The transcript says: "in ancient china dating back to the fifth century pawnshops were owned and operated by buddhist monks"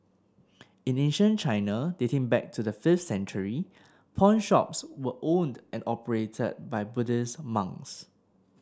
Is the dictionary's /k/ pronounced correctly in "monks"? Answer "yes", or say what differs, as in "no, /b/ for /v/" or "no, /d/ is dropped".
no, /k/ is dropped